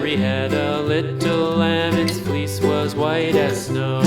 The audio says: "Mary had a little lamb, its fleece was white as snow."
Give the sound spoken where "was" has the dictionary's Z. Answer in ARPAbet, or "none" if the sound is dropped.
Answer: Z